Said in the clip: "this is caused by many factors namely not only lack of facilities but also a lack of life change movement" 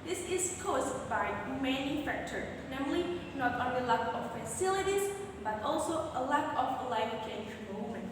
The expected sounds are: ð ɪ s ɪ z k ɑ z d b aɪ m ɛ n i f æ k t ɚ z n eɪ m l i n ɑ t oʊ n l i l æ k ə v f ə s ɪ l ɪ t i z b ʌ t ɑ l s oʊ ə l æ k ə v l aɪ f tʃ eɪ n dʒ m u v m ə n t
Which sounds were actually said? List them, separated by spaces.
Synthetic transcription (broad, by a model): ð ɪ s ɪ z k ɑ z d b aɪ m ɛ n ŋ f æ k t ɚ n eɪ m l i n ɑ t oʊ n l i l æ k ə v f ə s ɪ l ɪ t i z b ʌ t ɑ l s oʊ ə l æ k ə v l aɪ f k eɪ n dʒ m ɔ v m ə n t